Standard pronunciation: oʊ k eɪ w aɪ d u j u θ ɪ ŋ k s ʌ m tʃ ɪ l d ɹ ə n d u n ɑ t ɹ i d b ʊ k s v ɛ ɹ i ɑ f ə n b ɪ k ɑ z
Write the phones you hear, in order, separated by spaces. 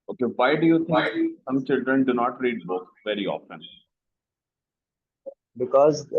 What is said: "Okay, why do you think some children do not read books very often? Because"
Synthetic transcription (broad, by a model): oʊ k eɪ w aɪ d u j u t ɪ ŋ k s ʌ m tʃ ɪ l d ɹ ə n d u n ɑ t ɹ i d b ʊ k v ɛ ɹ i ɑ f ə n b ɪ k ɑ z